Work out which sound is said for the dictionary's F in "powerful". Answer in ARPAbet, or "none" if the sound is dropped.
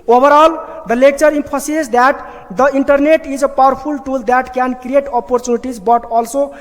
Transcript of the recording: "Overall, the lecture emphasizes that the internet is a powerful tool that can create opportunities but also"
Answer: P